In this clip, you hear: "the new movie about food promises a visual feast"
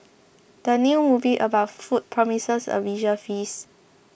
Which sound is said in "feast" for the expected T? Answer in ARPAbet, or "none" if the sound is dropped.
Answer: none